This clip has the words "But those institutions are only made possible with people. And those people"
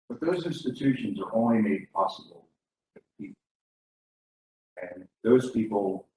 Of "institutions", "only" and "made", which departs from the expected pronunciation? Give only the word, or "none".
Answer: none